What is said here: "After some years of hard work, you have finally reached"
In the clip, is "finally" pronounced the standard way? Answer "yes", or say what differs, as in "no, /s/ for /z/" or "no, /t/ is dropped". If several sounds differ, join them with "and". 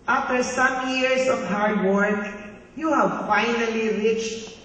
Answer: yes